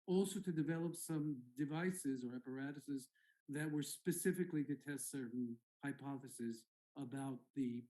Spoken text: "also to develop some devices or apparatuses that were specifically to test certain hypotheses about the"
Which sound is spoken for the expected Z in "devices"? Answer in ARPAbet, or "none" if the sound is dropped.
Z